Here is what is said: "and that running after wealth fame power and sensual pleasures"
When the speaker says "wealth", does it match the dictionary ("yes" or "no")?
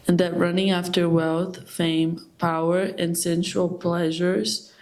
yes